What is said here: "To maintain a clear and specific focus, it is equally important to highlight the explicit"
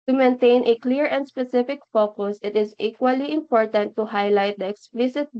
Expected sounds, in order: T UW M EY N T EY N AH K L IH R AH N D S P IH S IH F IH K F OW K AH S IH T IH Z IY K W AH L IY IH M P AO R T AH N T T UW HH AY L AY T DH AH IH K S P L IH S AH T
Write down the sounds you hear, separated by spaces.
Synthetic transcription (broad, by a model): T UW M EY N T EY N AH K L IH R AH N D S P IH S IH F IH K F OW K AH S IH T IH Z IY K W AH L IY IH M P AO R T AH N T T UW HH AY L AY T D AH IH K S P L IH S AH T